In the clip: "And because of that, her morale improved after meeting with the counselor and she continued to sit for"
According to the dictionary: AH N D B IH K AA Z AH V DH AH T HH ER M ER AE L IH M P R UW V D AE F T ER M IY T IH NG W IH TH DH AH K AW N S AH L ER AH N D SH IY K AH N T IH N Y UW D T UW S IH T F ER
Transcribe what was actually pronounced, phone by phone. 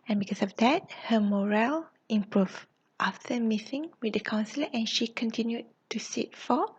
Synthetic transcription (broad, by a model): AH N B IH K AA S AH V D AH T HH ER M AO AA L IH M P R UW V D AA F T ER M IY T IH NG W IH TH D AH K AW N S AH L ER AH N SH IY K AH N T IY N Y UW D T UW S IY T F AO